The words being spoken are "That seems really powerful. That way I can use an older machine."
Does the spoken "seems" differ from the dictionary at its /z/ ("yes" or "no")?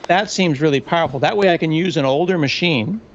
no